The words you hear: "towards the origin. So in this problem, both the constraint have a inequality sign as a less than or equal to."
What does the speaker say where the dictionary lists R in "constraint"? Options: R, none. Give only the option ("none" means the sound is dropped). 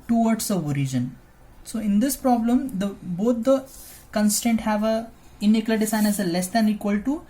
none